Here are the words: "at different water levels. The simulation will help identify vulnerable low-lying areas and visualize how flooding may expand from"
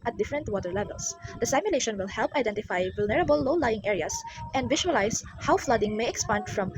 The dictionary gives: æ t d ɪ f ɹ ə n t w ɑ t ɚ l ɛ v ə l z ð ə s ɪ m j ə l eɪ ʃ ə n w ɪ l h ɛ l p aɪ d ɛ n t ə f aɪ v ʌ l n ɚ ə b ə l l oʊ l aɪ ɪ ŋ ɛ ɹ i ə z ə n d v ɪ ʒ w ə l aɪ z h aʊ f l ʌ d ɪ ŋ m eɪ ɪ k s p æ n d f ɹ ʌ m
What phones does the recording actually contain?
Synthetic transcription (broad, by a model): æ t d ɪ f ɹ ə n t w ɑ t ɚ l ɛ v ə l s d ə s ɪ m j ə l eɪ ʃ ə n w ɪ l h ɛ l p aɪ d ɛ n t ə f aɪ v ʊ l n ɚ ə b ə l l oʊ l aɪ ɪ ŋ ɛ ɹ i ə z ə n d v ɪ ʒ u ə l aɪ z h aʊ f l ʌ d ɪ ŋ m eɪ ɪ k s p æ n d f ɹ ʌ m